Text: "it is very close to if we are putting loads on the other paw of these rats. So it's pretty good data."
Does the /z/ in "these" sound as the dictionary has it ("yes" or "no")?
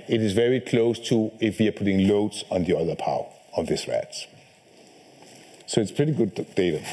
no